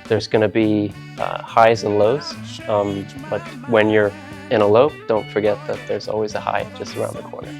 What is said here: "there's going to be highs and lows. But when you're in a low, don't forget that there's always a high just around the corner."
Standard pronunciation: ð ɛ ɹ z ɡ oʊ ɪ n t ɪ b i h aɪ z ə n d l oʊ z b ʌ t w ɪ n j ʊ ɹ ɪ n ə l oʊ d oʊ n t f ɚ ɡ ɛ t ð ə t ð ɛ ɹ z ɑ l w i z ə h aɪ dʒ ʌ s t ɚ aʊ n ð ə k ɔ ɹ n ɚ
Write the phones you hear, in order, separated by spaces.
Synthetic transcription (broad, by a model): ð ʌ ɹ z ɡ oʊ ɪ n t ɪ b i h aɪ z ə n l oʊ z b ʌ t w ɪ n j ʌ ɹ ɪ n ə l oʊ d oʊ n t f ɚ ɡ ɛ t ð ə t ð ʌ ɹ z ɑ l w i z ə h aɪ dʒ ʌ s t ɚ aʊ n ð ə k ɔ ɹ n ɚ